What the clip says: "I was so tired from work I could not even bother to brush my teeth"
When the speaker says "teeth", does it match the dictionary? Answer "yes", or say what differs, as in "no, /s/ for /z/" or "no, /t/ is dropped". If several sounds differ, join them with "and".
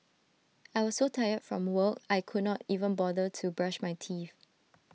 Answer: no, /f/ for /θ/